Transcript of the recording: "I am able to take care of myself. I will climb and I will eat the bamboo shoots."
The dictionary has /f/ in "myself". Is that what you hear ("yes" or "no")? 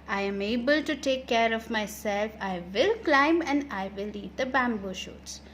yes